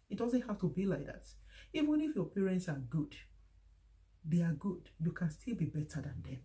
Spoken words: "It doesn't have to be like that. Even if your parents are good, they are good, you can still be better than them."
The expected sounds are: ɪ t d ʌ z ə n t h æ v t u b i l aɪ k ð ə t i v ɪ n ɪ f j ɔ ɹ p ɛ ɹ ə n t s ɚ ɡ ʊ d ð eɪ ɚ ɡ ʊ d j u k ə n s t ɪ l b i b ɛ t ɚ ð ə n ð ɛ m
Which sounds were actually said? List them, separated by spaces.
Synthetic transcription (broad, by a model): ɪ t d ʌ z ə n t h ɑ f t u b i l aɪ k ð ə t i v ɪ n ɪ f j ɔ p ɛ ɹ ə n t s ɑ ɡ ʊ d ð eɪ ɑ ɡ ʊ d j u k ə n s t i l b i b ɛ t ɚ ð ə n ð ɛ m